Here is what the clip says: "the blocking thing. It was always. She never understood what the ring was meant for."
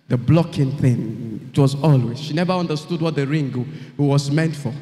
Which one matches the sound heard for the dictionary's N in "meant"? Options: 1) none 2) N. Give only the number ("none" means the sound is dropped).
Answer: 2